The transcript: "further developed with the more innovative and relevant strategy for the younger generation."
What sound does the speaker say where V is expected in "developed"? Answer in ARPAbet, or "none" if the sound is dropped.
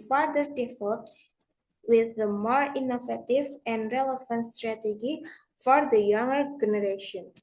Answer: F